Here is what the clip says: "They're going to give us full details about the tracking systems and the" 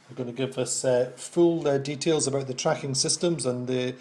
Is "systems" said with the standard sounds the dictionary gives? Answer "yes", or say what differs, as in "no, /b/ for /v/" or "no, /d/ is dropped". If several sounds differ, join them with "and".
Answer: yes